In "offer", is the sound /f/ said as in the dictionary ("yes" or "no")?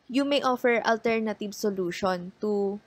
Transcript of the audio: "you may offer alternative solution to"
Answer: yes